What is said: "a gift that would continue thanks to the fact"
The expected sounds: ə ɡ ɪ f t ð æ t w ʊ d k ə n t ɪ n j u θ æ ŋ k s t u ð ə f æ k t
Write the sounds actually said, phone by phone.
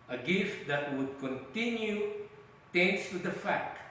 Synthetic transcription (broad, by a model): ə ɡ ɪ f t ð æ t w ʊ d k ə n t ɪ n j u t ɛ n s t u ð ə f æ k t